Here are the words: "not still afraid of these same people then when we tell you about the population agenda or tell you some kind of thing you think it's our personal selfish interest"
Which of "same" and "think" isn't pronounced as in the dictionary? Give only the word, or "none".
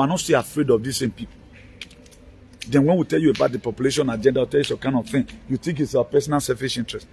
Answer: think